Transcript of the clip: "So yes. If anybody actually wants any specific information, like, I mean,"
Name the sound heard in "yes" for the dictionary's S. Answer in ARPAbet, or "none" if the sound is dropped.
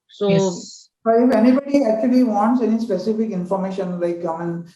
none